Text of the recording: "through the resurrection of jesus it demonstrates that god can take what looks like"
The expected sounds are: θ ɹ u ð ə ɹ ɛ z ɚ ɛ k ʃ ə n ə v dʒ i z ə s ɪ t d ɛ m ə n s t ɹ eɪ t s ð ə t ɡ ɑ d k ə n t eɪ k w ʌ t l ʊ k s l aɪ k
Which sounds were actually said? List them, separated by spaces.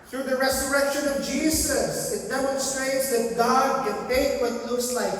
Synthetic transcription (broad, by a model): θ ɹ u ð ə ɹ ɛ z ɚ ɛ k ʃ ə n ə v dʒ i z ə s ɪ t d ɛ m ə n s t ɹ eɪ t s ð ə t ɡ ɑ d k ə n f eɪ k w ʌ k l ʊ s l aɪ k